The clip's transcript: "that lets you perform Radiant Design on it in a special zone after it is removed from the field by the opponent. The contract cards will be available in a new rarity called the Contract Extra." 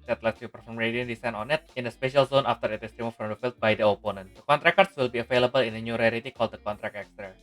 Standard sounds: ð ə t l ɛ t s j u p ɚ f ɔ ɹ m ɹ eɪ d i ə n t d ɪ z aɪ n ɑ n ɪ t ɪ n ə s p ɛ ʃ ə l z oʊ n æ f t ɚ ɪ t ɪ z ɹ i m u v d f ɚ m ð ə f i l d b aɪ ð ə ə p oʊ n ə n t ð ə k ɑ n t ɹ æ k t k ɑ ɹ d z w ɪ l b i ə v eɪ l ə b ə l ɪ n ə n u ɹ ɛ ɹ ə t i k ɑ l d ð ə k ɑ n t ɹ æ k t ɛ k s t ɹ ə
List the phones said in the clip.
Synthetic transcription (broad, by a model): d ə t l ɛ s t j u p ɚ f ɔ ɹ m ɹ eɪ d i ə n d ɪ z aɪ n ɑ n ɪ t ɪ n ə s p ɛ ʃ ə l z oʊ n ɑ f t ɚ ɪ t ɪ s ɹ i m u f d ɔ m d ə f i l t b aɪ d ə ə p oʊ n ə n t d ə k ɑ n t ɹ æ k k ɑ ɹ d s w ɪ l b i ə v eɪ l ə b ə l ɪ n ə n u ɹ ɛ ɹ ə t i k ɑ l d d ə k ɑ n t ɹ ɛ k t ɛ k s t ɹ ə